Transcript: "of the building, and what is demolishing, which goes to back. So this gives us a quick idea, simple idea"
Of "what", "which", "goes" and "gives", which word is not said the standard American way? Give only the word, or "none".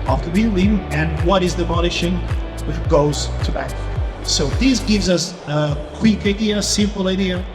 none